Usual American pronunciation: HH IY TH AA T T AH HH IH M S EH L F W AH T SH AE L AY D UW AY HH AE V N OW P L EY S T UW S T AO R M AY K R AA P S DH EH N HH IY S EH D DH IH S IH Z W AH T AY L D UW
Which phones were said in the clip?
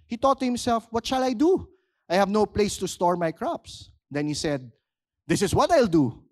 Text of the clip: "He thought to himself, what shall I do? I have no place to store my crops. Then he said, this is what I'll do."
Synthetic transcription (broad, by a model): HH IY T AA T T HH IH M S EH L F W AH T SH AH L AY D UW AY HH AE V N OW P L EY S T UW S T AO R M AY K R AA P S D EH N HH IY S EH D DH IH S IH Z W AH T AY L D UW